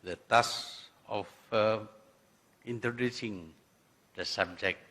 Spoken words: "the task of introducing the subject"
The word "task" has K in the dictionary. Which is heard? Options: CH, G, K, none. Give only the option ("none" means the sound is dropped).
none